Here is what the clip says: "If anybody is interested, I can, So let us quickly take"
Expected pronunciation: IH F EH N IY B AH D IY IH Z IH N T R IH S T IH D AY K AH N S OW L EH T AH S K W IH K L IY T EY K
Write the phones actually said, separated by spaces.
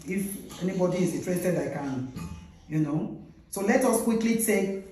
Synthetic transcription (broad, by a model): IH F EH N IY B AH D IY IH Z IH T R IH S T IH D AY K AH N S OW L EH T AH S K W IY K L IY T EY